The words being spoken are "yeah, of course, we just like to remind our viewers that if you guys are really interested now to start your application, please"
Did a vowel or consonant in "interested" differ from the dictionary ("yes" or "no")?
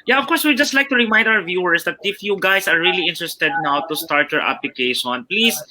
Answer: no